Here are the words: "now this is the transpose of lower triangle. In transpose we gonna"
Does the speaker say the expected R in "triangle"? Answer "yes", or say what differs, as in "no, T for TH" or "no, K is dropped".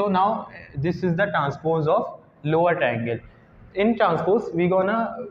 no, R is dropped